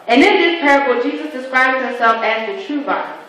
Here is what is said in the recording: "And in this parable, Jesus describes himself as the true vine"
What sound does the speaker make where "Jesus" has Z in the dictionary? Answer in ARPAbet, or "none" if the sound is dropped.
Z